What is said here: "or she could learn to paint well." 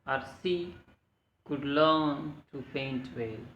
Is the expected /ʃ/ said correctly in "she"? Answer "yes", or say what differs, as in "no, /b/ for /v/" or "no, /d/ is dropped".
no, /s/ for /ʃ/